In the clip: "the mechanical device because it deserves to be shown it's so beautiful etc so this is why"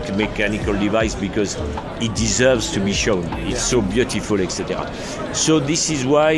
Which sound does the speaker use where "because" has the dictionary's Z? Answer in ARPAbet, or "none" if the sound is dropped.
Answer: Z